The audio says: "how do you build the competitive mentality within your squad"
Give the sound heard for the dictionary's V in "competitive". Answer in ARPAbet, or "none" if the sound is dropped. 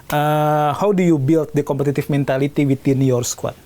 F